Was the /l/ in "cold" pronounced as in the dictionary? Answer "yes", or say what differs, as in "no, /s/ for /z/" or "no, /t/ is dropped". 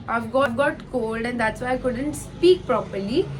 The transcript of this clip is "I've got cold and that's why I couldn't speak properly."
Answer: yes